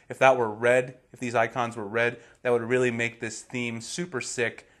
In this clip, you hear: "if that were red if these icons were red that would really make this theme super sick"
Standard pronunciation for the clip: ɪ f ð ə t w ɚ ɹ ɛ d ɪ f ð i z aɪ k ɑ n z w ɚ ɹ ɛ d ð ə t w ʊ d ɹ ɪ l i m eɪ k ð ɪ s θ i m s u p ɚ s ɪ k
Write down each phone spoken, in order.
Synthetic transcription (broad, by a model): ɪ f ð ə t w ɚ ɹ ɛ d ɪ f ð i z aɪ k ɑ n z w ɚ ɹ ɛ d ð ə t w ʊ d ɹ ɪ l i m eɪ k ð ɪ s θ i m s u p ɚ s ɪ k